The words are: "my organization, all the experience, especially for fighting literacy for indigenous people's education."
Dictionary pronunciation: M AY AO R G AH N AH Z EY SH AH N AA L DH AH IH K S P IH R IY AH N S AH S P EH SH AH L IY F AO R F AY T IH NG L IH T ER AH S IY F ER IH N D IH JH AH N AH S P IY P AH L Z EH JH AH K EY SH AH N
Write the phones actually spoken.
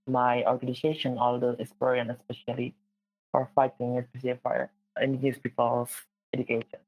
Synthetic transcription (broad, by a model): M AY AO R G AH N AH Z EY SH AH N AA L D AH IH S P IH R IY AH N AH S P EH SH AH L IY F AO R F AY T IH NG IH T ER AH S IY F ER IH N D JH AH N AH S P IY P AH L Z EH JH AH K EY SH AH N